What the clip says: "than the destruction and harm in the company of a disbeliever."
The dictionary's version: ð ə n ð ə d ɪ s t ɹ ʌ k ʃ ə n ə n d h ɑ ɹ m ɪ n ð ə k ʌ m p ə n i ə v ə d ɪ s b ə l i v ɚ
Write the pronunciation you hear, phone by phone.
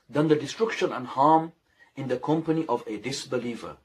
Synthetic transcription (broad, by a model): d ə n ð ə d ɪ s t ɹ ʌ k ʃ ə n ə n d h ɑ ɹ m ɪ n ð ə k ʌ m p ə n i ə v ə d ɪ s b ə l i v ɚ